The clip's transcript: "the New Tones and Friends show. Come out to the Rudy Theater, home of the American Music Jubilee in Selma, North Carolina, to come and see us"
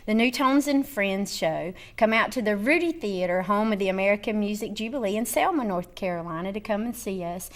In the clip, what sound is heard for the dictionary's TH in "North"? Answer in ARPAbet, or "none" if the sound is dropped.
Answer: TH